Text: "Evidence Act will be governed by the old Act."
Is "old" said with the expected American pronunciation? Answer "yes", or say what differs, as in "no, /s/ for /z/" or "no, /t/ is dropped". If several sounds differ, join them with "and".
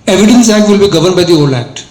no, /d/ is dropped